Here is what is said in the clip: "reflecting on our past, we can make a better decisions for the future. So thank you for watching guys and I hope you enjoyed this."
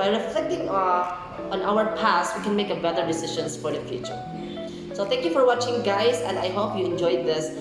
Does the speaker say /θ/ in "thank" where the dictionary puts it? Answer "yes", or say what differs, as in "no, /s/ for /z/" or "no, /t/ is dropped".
no, /t/ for /θ/